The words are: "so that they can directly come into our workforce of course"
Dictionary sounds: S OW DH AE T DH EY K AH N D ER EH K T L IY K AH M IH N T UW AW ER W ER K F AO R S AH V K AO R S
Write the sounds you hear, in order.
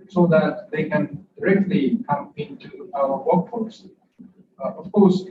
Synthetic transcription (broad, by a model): S OW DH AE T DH EY K AH N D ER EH K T L IY K AH M IH N T UW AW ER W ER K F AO L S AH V K AO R S